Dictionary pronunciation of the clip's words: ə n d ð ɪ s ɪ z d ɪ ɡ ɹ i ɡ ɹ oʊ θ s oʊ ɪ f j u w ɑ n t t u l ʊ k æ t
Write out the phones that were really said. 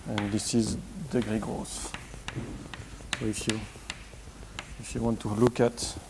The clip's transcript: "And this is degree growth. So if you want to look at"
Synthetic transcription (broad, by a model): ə n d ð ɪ s ɪ z d ɪ ɡ ɹ i ɡ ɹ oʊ s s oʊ ɪ f j u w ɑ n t t u l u k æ t